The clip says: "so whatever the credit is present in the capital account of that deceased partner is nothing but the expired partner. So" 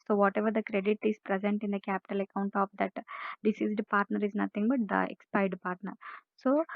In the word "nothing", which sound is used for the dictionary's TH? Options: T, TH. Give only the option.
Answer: T